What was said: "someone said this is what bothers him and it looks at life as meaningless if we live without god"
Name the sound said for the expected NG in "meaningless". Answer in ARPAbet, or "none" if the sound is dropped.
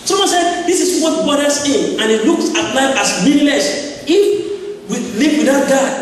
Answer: none